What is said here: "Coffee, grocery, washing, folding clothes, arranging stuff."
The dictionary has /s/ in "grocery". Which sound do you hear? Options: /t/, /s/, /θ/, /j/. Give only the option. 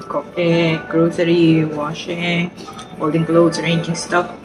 /θ/